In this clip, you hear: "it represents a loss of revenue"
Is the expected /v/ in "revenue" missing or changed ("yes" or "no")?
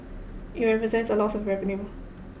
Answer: yes